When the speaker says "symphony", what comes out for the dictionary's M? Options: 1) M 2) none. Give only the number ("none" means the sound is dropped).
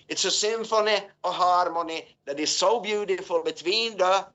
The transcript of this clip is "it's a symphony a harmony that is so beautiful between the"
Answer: 1